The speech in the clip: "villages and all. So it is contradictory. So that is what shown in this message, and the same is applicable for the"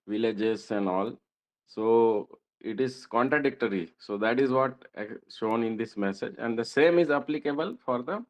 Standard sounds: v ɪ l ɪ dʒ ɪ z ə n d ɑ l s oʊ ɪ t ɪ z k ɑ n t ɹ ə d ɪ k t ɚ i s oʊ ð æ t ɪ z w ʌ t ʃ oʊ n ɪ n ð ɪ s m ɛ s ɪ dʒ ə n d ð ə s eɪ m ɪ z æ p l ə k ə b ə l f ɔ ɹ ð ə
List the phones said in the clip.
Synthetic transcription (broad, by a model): v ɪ l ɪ dʒ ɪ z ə n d ɑ l s oʊ ɪ t ɪ z k ɑ n t ɹ ə d ɪ k t ɚ i s oʊ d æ t ɪ z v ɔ t ʃ oʊ n ɪ n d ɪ s m ɛ s ɪ dʒ ə n d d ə s eɪ m ɪ z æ p l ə k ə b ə l f ɔ ɹ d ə